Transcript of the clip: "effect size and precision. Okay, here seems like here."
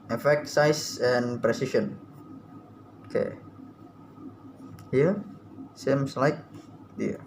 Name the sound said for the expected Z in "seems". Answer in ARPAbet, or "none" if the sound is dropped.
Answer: S